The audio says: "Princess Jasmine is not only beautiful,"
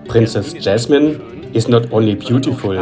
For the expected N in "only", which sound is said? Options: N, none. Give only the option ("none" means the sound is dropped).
N